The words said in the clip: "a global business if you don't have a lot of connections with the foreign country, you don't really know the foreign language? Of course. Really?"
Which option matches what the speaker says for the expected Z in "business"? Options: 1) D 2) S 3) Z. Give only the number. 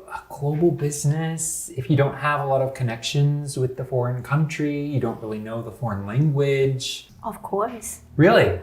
3